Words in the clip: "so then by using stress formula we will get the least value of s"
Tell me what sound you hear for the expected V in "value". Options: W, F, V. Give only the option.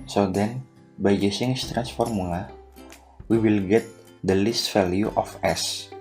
F